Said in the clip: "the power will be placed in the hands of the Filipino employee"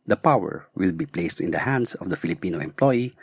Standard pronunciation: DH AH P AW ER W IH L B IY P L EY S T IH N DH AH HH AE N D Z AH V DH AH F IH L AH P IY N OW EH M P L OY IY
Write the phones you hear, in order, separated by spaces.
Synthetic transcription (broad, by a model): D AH P AW ER W IH L B IY P L EY S T IH N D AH HH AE N D S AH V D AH F IH L AH P IY N OW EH M P L OY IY